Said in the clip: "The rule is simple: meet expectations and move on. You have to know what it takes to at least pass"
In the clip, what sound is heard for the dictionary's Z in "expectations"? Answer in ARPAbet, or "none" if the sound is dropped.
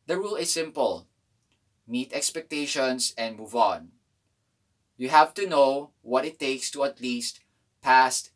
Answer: S